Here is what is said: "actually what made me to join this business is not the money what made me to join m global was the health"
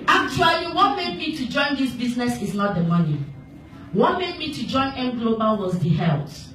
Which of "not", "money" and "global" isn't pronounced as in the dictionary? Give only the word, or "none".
none